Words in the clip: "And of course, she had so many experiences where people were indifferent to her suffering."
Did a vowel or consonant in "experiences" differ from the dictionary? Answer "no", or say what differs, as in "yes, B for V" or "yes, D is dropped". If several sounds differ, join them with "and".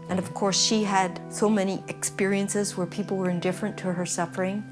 no